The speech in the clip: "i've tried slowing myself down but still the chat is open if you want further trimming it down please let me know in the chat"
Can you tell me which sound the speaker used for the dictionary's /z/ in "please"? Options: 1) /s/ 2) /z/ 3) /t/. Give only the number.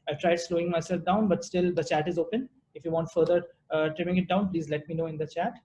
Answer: 2